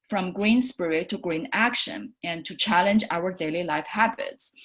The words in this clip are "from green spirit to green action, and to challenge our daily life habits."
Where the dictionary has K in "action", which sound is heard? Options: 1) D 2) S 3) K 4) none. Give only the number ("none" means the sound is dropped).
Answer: 3